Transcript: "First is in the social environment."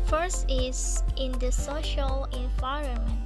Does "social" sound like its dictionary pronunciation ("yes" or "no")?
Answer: yes